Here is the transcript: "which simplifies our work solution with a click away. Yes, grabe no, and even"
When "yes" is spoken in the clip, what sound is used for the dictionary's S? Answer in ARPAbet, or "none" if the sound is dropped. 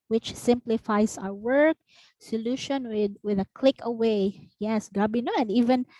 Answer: S